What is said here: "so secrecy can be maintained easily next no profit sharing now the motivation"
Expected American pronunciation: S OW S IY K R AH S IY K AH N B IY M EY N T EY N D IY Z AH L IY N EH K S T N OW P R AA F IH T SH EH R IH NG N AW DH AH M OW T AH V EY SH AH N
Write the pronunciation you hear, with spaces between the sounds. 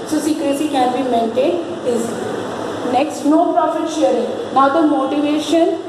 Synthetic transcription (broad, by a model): S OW S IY K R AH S IY K AH N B IY M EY N T EY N IH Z N EH K S T N OW P R AA F IH T SH EH R IH NG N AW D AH M OW T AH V EY SH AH N